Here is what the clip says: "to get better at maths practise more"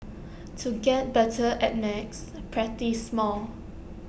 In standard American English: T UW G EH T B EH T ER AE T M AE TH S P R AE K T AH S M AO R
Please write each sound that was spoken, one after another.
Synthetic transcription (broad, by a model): T UW G EH T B EH T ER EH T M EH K S P R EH T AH S M AO L